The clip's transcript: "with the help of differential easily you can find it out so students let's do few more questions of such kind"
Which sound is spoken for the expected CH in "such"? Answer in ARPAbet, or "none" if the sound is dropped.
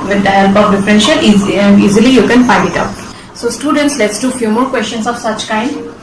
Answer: CH